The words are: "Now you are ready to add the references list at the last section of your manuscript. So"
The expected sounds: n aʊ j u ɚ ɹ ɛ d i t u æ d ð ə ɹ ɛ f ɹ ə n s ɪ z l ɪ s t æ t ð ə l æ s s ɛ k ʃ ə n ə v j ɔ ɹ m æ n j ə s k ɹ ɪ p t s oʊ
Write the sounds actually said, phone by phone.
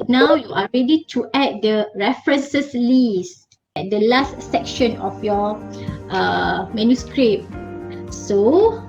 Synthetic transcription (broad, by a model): n aʊ j u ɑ ɹ ɛ d i t u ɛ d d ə ɹ ɛ f ɹ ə n s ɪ s l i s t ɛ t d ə l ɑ s s ɛ k ʃ ə n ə f j ɔ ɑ m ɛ n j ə s k ɹ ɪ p s oʊ